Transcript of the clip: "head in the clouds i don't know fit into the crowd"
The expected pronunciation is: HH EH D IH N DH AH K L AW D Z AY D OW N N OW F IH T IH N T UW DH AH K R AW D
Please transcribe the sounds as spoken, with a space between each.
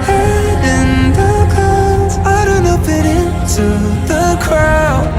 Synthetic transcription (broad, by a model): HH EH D IH N DH AH K AW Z AY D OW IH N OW P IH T IH N T UW DH AH K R AW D